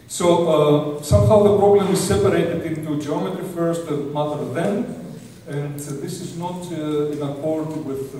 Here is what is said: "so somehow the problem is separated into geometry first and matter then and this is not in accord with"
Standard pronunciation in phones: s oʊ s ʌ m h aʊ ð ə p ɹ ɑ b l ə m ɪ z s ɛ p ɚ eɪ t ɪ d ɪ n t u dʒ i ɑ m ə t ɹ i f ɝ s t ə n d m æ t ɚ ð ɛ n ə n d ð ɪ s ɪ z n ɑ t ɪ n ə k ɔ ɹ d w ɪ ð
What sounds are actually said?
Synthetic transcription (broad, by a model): s oʊ s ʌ m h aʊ ð ə p ɹ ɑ b l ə m ɪ z s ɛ p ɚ eɪ t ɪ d ɪ n t u dʒ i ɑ m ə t ɹ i f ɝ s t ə m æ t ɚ ð ɛ n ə n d ð ɪ s ɪ z n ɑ t ɪ n ə k ɔ ɹ d w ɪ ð